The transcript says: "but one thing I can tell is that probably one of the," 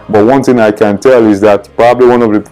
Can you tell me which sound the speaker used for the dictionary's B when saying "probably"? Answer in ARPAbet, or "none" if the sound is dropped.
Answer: B